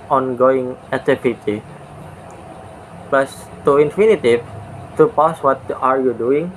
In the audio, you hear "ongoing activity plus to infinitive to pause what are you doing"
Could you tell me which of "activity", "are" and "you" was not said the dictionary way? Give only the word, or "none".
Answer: activity